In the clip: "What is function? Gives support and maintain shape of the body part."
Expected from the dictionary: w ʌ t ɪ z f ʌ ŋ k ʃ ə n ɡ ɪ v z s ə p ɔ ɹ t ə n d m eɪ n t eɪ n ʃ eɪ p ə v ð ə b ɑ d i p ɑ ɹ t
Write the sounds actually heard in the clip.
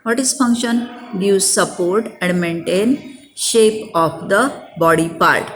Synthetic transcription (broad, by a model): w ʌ t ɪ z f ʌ ŋ k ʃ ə n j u z s ə p ɔ ɹ t ə n d m eɪ n t eɪ n ʃ eɪ p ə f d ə b ɑ d i p ɑ ɹ t